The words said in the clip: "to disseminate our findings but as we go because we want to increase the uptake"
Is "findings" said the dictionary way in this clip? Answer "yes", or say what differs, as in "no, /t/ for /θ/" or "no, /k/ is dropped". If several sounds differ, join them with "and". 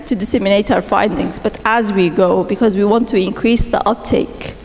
yes